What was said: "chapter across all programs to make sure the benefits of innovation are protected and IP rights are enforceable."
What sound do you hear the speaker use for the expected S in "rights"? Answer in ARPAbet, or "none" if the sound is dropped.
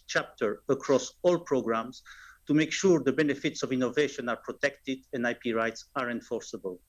S